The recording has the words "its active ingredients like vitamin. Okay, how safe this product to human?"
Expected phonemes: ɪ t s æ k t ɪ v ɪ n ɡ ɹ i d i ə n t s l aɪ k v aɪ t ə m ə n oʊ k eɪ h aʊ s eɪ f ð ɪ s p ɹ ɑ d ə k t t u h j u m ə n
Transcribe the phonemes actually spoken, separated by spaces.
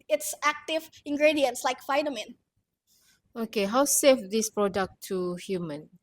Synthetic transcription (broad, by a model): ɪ t s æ k t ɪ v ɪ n ɡ ɹ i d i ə n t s l aɪ k f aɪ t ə m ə n oʊ k eɪ h aʊ s eɪ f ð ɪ s p ɹ ɑ d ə k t t u h j u m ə n